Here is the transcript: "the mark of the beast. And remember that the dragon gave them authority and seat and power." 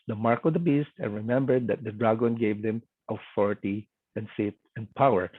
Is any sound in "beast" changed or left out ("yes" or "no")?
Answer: no